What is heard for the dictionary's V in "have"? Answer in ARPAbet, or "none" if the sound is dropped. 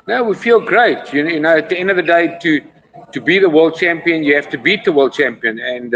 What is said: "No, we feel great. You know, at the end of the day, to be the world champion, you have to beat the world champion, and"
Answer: F